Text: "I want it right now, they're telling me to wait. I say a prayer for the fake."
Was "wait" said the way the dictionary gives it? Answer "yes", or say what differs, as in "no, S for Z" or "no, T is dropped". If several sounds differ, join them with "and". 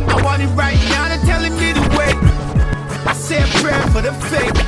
no, T is dropped